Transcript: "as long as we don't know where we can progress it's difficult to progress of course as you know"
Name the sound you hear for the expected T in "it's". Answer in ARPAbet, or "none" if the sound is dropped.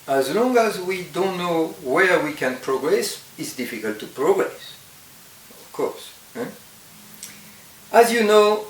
T